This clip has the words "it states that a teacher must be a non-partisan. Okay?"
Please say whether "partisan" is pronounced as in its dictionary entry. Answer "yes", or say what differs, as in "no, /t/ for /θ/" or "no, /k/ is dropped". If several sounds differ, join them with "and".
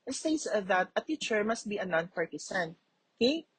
no, /s/ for /z/